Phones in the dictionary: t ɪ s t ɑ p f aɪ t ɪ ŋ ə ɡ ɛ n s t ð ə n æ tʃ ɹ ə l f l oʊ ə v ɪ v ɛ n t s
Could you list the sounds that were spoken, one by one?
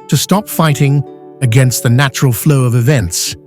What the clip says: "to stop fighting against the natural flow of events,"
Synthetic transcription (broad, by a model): t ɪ s t ɑ p f aɪ t ɪ ŋ ə ɡ ɛ n s t ð ə n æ tʃ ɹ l f l oʊ ə v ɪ v ɛ n t s